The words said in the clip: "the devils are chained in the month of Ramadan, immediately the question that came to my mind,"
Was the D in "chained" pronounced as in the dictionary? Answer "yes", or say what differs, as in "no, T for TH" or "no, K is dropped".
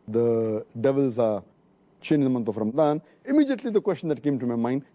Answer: no, D is dropped